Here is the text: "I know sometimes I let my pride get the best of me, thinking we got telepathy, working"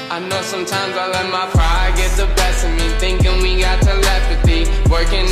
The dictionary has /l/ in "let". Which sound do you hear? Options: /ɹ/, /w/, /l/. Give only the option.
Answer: /l/